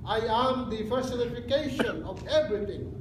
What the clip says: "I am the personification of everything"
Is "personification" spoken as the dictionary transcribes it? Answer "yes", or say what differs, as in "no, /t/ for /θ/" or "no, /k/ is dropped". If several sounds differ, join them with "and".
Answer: no, /f/ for /p/